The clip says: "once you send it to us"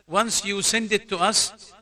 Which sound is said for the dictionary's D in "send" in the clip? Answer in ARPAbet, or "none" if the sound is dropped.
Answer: D